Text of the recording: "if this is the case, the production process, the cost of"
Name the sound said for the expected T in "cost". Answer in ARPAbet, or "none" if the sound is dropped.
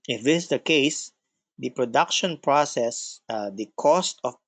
T